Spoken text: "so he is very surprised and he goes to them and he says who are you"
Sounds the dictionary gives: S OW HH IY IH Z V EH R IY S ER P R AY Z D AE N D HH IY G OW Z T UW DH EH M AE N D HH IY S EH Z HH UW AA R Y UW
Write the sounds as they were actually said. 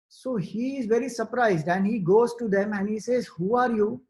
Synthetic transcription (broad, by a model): S OW HH IY IH Z V EH R IY S ER P R AY Z D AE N D HH IY G OW Z T UW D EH M AE N D HH IY S EH Z HH UW AA R Y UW